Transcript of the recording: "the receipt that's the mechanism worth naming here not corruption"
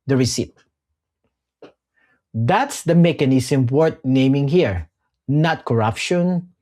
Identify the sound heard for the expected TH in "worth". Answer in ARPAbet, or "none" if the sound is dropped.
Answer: T